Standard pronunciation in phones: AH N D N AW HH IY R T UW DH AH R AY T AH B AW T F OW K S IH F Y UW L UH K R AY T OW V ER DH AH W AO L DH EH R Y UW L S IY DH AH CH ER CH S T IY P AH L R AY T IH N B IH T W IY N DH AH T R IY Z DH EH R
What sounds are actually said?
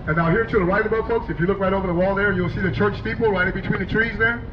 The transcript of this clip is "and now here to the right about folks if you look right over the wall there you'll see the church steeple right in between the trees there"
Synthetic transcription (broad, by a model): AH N N AW HH IY R T UW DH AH R AY T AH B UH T F OW K S IH F Y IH L UH K R AY T OW V ER DH AH W AO L DH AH R Y UW L S IY DH AH CH ER CH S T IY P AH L R AY T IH B IH T W IY N DH AH T R IY Z DH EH R